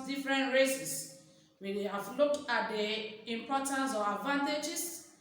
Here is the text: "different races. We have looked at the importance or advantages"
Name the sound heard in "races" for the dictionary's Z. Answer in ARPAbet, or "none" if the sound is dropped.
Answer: S